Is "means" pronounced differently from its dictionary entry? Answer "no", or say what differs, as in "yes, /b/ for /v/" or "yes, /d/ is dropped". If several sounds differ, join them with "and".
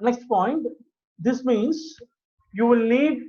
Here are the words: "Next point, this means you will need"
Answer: no